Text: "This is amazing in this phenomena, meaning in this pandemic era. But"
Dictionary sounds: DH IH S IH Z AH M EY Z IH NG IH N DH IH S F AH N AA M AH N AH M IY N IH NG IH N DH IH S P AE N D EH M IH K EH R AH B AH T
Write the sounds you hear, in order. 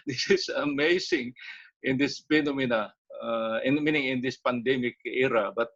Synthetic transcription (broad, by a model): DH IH S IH S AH M EY S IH NG IH N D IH S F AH N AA M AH N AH M IY N IH NG IH N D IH S P AE N D EH M IH K EH R AH B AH T